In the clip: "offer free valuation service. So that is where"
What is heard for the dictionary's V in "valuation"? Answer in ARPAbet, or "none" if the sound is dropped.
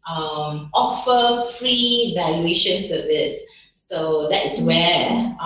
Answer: V